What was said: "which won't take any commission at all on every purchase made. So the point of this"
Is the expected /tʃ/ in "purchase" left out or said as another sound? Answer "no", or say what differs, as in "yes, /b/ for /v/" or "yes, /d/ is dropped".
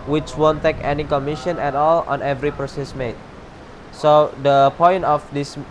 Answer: yes, /s/ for /tʃ/